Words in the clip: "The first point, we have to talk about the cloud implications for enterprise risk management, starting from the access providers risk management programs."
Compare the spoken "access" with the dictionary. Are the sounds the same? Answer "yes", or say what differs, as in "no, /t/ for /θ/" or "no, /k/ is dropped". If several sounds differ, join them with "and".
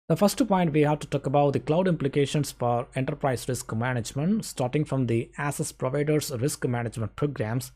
no, /k/ is dropped